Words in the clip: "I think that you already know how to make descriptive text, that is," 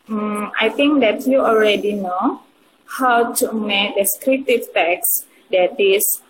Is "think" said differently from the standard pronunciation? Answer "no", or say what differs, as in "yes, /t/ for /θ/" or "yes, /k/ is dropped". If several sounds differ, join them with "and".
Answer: yes, /t/ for /θ/